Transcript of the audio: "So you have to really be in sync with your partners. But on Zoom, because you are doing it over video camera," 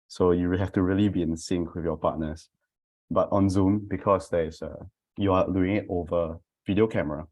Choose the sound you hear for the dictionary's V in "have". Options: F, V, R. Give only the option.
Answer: F